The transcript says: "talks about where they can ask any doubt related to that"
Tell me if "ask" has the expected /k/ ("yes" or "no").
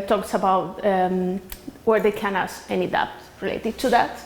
no